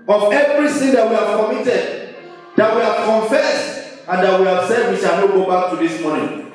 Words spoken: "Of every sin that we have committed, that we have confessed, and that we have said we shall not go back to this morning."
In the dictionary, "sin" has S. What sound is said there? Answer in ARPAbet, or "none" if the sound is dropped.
TH